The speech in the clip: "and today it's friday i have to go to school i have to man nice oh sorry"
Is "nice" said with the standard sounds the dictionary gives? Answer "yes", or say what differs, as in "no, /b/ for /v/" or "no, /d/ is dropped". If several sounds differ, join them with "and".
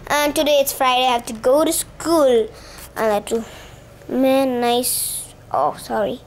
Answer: yes